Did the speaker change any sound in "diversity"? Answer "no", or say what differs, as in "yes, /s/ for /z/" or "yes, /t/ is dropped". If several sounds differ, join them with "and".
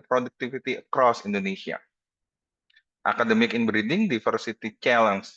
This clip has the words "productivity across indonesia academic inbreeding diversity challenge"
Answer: yes, /f/ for /v/